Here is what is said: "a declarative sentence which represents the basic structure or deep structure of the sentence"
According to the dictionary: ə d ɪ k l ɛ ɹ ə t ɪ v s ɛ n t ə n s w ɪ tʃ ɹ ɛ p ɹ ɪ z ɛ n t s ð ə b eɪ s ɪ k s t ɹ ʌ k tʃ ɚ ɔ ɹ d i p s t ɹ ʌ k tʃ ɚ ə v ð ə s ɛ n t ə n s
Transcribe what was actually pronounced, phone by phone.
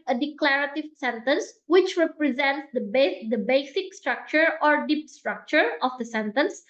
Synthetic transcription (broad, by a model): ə d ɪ k l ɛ ɹ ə t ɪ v s ɛ n t ə n s w ɪ tʃ ɹ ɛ p ɹ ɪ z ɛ n t s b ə b eɪ s ɪ k s t ɹ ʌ k tʃ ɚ ɔ ɹ d i p s t ɹ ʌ k tʃ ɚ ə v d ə s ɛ n t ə n s